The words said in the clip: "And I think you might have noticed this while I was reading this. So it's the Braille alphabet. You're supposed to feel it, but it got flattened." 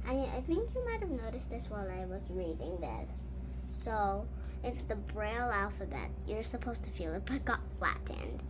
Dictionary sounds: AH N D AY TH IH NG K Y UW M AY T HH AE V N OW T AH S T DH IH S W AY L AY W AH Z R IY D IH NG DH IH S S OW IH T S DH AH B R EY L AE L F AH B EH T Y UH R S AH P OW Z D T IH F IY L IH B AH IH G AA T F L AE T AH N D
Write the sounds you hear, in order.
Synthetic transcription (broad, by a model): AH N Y AY TH IH NG K Y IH M AY T HH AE V N OW T AH S T DH IH S W AY L AY W AH Z R IY D IH NG DH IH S S OW IH T S DH AH B R EY L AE L F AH B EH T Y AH R S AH P OW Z T IH F IY L IH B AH IH G AA T F L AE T N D